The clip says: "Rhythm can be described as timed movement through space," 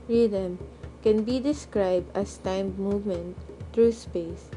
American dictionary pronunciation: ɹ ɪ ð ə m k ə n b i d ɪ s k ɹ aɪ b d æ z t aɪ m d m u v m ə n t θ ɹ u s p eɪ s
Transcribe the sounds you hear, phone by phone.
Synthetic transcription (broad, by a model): ɹ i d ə m k ə n b i d ɪ s k ɹ aɪ b d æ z t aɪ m m u v m ə n t t ɹ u s p eɪ s